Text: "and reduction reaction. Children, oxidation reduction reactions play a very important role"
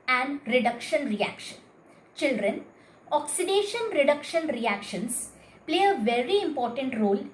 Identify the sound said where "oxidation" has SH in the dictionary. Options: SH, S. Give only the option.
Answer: SH